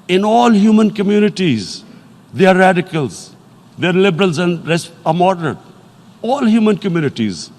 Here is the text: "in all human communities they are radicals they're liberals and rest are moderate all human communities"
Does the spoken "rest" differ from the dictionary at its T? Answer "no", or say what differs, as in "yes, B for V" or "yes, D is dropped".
yes, T is dropped